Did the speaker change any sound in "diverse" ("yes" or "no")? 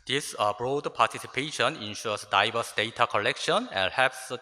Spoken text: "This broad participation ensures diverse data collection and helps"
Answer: yes